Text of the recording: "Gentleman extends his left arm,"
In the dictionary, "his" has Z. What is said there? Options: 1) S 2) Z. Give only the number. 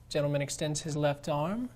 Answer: 2